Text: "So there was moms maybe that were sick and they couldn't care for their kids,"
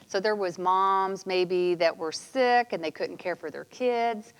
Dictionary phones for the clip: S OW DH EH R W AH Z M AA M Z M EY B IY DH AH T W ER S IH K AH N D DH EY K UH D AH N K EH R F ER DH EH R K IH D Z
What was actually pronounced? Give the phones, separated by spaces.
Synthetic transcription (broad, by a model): S OW DH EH R W AH Z M AA M Z M EY B IY DH AH T W ER S IH K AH N DH EY K UH D N K EH R F ER DH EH R K IH D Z